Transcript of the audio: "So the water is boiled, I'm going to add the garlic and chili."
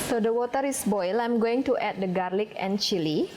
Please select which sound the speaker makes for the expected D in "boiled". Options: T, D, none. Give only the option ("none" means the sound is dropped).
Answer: none